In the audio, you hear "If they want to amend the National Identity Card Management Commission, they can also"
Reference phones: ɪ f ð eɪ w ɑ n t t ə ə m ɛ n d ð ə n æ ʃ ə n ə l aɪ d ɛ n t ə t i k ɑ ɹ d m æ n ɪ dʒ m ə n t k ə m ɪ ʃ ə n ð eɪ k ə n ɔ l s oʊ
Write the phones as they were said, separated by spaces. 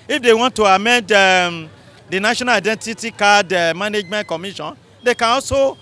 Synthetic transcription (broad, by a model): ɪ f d eɪ w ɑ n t t ə ə m ɛ n d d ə n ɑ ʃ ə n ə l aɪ d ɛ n t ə t i k ɑ d m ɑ n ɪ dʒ m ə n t k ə m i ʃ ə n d eɪ k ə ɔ s oʊ